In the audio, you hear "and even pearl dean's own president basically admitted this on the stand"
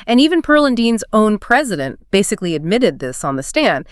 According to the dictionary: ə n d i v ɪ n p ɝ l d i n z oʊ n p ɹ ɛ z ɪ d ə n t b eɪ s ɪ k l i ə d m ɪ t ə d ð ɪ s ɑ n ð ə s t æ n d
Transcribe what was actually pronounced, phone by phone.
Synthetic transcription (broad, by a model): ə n i v ɪ n p ɝ l d i n z oʊ n p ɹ ɛ z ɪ d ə n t b eɪ s ɪ k l i ə d m ɪ t ə d ð ɪ s n ð ə s t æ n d